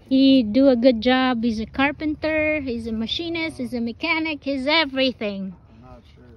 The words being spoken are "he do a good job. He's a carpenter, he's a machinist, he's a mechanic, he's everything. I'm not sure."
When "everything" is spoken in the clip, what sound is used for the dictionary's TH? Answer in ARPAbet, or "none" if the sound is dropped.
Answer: TH